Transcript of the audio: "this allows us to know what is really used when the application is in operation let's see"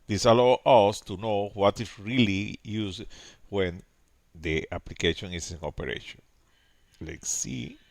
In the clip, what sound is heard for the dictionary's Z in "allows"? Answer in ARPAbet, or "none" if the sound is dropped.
none